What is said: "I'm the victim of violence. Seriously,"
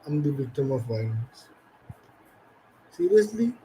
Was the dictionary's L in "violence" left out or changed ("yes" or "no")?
yes